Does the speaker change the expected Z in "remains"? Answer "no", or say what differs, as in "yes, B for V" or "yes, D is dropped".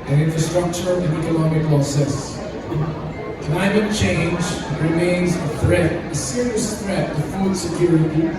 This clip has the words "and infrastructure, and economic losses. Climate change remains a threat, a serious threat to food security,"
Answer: no